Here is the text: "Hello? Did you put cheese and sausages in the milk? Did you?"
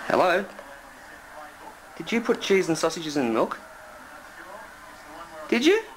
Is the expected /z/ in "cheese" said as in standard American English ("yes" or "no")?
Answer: yes